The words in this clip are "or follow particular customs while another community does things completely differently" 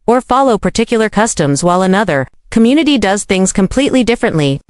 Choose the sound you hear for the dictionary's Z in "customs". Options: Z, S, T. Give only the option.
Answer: Z